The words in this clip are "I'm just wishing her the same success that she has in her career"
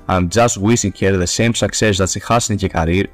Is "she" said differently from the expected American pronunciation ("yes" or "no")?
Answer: yes